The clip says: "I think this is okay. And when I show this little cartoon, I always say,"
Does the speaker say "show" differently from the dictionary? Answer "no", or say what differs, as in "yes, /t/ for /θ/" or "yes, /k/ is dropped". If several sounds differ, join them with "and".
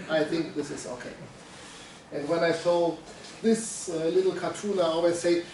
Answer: yes, /s/ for /ʃ/